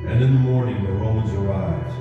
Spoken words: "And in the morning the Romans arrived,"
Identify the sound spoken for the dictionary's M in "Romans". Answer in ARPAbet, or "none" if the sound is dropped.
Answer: none